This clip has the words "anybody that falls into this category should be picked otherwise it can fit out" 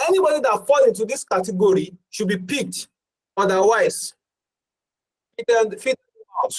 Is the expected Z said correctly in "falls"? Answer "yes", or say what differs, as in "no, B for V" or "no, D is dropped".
no, Z is dropped